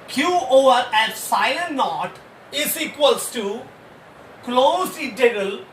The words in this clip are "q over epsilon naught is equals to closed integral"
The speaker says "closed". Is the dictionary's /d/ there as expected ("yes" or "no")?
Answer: no